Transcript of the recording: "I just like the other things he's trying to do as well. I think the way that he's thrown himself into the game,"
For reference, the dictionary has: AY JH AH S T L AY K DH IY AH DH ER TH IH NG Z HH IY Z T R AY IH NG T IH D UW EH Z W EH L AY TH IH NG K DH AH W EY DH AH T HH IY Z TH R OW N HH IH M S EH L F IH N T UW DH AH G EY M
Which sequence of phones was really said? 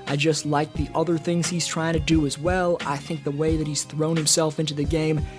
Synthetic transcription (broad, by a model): AY JH AH S T L AY K DH IY AH DH ER TH IH NG Z HH IY Z T R AY IH NG T IH D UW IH Z W EH L AY TH IH NG K DH AH W EY DH AH T HH IY Z TH R OW N HH IH M S EH L F IH N T UW DH AH G EY M